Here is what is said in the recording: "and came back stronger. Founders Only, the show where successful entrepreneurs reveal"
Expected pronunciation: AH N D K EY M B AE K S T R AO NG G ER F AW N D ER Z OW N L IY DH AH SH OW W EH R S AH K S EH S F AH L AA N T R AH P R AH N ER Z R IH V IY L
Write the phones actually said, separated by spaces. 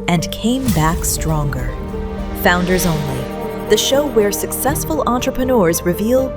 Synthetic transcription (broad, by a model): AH N K EY M B AE K S T R AO NG G ER F AW N D ER Z OW N L IY DH AH SH OW W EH R S AH K S EH S F AH L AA N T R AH P R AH N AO Z R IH V IY L